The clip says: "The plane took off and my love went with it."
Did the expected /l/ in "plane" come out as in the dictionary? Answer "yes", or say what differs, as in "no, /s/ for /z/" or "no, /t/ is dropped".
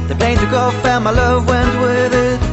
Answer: no, /l/ is dropped